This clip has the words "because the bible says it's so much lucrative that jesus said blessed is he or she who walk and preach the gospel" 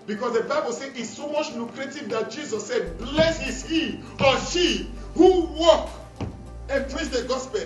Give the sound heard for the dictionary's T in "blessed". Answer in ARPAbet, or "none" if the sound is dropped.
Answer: none